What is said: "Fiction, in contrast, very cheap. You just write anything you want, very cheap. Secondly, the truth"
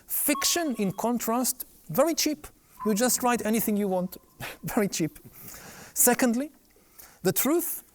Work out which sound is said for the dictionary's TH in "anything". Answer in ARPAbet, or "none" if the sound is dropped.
TH